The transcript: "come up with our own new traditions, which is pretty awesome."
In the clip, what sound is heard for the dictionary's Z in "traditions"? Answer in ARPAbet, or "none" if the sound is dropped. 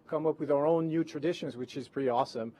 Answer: Z